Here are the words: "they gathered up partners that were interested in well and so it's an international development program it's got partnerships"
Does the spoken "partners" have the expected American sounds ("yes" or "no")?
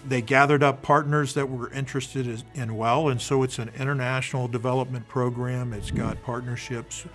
yes